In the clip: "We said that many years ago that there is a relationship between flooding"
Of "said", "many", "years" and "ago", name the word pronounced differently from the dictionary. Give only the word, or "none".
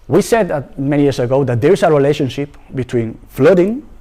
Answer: years